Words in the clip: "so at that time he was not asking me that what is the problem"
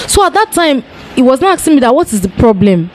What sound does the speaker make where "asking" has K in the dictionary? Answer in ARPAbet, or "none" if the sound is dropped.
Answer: none